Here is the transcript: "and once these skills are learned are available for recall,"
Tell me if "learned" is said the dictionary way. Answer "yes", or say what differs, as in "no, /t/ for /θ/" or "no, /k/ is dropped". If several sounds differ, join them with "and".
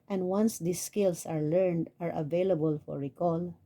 yes